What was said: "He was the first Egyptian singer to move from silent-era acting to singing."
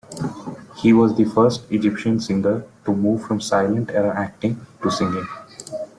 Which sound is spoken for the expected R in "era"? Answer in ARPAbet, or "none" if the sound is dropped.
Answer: R